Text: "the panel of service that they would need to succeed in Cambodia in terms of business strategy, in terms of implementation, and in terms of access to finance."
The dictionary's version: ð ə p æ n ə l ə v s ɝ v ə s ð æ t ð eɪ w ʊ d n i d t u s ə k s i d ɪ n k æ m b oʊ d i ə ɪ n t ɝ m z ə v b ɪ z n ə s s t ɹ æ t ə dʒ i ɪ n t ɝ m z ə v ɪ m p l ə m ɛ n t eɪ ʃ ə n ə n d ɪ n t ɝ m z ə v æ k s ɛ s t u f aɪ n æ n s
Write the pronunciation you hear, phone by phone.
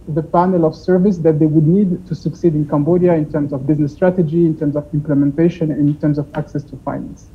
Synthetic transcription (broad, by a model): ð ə p æ n ə l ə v s ɝ v ə s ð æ t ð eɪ w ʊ d n i d t u s ə k s i d ɪ n k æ m b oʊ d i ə ɪ n t ɝ m z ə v b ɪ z n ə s s t ɹ æ t ə dʒ i ɪ n t ɝ m z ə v ɪ m p l ə m ɛ n t eɪ ʃ ə n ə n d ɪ n t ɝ m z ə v æ k s ɛ s t u f aɪ n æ n s